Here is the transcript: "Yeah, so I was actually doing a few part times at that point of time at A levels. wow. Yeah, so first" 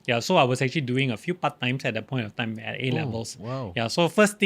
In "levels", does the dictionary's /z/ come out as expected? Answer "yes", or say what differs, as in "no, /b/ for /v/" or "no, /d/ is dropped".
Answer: no, /s/ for /z/